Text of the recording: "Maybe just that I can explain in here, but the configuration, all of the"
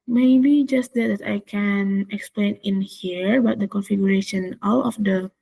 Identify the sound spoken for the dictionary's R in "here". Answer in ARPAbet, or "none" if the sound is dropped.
R